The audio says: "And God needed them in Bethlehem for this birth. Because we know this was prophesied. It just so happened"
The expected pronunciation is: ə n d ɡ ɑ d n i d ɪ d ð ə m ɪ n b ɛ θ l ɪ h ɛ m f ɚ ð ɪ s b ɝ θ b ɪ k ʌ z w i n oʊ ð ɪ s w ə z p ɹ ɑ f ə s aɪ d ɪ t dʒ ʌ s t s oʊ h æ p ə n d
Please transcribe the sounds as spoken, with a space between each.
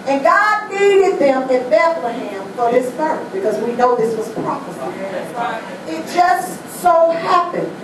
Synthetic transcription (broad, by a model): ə n ɡ ɑ d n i d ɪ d ð ə m ɪ n b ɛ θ l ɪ h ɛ m f ɚ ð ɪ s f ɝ b ɪ k ʌ z w i n oʊ ð ɪ s w ə z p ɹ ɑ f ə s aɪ ɪ t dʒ ʌ s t s oʊ h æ p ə n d